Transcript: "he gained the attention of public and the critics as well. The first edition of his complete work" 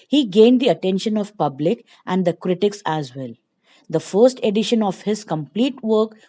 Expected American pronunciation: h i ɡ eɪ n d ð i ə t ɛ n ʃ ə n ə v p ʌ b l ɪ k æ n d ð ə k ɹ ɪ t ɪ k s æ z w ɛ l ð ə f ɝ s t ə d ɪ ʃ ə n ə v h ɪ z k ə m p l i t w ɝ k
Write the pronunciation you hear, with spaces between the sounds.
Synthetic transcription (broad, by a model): h i ɡ eɪ n d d i ə t ɛ n ʃ ə n ə v p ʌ b l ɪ k æ n d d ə k ɹ ɪ t ɪ k s æ z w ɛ l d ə f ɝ s t ə d ɪ ʃ ə n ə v h ɪ z k ə m p l i t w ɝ k